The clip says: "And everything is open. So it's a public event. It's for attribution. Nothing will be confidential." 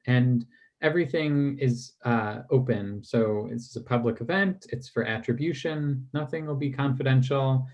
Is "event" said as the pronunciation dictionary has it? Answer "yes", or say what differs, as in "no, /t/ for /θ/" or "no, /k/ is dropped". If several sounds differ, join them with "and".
yes